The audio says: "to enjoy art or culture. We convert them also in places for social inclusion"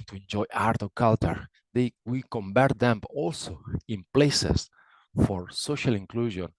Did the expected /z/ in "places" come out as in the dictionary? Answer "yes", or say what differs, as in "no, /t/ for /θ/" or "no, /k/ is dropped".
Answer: no, /s/ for /z/